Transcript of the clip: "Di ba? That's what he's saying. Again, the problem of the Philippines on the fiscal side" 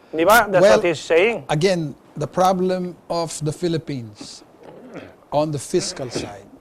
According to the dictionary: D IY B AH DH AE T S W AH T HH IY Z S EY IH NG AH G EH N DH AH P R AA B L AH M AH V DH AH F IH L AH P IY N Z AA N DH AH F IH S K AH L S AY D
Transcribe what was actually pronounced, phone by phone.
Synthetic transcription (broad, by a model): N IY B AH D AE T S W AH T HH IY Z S EY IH NG AH G EH N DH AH P R AA B L AH M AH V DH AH F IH L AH P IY N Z AA N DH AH F IH S K AH L S AY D